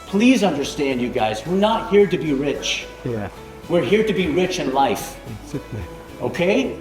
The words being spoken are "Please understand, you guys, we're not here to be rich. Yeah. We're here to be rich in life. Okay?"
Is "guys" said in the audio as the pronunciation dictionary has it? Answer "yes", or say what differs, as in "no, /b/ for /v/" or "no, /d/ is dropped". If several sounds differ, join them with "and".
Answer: yes